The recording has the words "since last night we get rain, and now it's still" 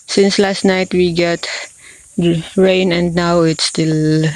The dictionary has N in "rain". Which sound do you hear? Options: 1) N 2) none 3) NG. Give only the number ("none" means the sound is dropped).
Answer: 1